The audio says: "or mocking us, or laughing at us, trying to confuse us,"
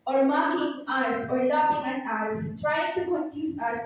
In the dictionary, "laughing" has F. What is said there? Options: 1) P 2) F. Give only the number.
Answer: 1